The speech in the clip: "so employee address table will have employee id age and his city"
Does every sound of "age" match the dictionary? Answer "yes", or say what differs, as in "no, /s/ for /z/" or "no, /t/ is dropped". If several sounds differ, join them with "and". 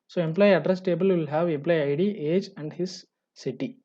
yes